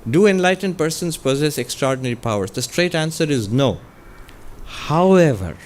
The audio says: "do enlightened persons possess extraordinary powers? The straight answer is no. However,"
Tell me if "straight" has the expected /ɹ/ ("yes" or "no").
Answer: yes